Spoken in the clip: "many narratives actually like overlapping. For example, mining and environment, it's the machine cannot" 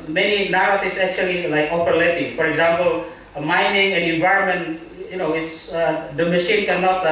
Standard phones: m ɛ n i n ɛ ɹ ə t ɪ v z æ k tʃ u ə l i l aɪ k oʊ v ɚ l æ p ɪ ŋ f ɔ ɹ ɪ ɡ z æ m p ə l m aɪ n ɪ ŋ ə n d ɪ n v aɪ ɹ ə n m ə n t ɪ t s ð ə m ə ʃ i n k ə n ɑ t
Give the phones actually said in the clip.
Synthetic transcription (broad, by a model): m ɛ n i n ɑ ɹ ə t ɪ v s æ k tʃ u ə l i l aɪ k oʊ p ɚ l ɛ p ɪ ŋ f ɔ ɹ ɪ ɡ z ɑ m p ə l m aɪ n ɪ ŋ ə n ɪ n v aɪ ɹ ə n m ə n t ɪ t s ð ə m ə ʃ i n k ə n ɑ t